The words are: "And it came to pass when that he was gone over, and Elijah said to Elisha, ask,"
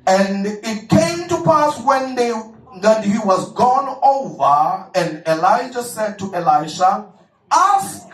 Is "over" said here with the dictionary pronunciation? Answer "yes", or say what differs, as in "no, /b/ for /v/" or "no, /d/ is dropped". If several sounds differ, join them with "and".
yes